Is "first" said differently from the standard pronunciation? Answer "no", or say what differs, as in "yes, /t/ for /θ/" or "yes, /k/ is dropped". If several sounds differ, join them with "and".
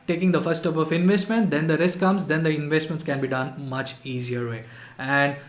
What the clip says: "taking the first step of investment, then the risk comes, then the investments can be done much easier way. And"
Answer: yes, /s/ is dropped